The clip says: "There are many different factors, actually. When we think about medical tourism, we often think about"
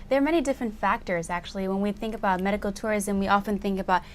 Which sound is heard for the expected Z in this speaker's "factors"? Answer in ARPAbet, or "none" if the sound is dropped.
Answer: Z